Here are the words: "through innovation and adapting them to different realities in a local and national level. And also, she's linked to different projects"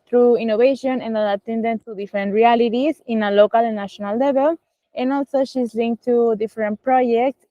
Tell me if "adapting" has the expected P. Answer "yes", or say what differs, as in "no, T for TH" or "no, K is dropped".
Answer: no, P is dropped